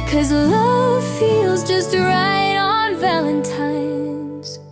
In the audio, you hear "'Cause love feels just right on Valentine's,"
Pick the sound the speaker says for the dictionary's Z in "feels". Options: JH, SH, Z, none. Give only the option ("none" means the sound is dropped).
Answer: Z